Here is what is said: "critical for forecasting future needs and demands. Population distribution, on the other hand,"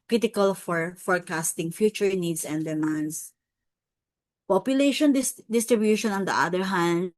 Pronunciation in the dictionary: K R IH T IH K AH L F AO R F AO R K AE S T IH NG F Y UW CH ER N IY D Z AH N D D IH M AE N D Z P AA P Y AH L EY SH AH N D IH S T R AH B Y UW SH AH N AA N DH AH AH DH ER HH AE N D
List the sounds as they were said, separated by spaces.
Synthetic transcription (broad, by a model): K R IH T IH K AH L F AO R F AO R K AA S T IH NG F Y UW CH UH N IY D S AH N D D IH M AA N D S P AA P Y AH L EY SH AH N D IH S T R AH B Y UW SH AH N AA N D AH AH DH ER HH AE N D